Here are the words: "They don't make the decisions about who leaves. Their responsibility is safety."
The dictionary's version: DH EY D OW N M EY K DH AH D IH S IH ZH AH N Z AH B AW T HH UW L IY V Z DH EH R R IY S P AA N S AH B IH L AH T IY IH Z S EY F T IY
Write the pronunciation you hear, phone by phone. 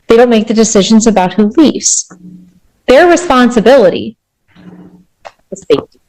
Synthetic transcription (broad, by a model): DH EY D OW N M EY K DH AH D IH S IH ZH AH N Z AH B AW T HH UW L IY V Z DH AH R R IY S P AA N S AH B IH L AH T IY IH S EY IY